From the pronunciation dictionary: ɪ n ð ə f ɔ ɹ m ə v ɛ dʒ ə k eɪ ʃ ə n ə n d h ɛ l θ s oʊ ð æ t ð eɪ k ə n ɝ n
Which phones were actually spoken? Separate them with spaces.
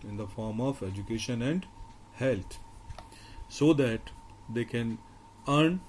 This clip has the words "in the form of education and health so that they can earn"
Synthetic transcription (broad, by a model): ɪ n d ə f ɔ ɹ m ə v ɛ dʒ ə k eɪ ʃ ə n ə n d h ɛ l t s oʊ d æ t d eɪ k ə n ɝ n